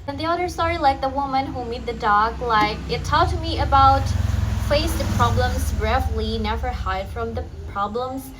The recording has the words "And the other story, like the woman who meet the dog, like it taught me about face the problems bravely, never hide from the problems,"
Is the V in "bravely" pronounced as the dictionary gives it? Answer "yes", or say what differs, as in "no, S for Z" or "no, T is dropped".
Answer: no, F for V